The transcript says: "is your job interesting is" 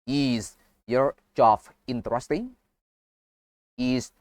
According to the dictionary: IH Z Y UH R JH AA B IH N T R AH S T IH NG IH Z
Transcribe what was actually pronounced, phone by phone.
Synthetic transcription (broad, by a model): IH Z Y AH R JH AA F IH N T R AH S T IH NG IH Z